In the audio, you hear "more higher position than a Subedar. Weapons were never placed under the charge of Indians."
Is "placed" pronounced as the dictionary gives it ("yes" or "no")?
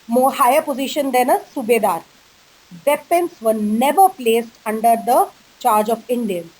yes